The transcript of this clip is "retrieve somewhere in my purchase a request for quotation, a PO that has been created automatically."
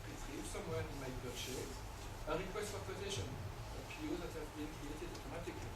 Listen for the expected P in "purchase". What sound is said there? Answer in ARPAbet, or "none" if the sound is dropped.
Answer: B